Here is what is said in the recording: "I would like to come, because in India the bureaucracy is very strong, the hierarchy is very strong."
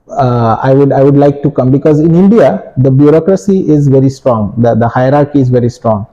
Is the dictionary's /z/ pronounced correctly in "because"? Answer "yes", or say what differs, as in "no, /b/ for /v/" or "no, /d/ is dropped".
yes